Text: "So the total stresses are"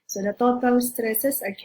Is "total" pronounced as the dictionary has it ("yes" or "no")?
no